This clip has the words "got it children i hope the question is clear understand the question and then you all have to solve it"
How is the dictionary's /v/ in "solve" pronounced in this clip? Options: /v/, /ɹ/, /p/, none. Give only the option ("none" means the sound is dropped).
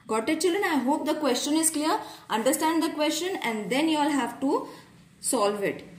/v/